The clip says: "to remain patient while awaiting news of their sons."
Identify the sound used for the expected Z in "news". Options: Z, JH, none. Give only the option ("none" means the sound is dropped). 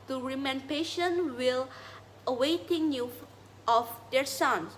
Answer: none